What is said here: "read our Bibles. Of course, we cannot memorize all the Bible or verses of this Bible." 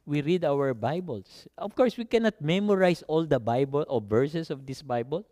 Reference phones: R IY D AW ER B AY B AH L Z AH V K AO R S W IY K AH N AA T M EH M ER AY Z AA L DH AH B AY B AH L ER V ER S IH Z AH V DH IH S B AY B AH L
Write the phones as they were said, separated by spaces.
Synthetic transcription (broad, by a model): R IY D AW ER B AY B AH L S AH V K AO R S W IY K AH N AA T M EH M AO AY S AA L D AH B AY B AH L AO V ER S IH S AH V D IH S B AY B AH L